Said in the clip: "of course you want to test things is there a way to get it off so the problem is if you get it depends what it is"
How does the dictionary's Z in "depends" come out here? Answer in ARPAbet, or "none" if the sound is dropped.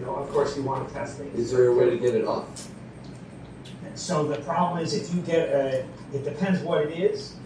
Z